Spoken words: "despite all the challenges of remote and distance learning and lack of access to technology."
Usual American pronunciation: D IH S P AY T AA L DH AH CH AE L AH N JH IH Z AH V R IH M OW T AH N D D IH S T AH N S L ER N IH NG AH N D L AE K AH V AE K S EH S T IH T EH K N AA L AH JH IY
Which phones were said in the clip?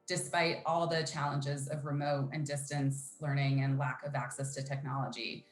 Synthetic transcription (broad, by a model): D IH S P AY T AA L DH AH CH AE L AH N JH IH Z AH V R IH M OW T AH N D D IH S T AH N S L ER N IH NG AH N L AE K AH V AE K S EH S T IH T EH K N AA L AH JH IY